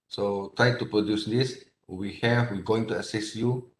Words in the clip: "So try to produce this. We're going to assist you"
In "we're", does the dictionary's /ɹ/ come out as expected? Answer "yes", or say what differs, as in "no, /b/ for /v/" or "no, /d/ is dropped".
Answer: no, /w/ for /ɹ/